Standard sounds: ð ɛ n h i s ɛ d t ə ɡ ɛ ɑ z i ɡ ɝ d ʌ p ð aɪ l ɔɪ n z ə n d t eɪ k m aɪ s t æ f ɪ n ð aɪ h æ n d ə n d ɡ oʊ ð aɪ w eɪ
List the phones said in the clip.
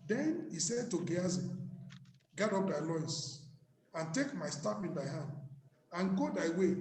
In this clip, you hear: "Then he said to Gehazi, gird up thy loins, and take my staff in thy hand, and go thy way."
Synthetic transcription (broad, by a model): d ɛ n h i s ɛ d t ə ɡ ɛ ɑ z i ɡ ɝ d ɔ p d aɪ l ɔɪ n s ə n t eɪ k m aɪ s t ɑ p ɪ n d aɪ h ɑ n d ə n ɡ oʊ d aɪ w eɪ